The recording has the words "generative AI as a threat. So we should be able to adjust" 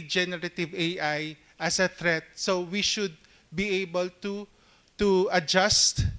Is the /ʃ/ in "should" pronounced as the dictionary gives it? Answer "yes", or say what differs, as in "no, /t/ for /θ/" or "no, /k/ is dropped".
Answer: yes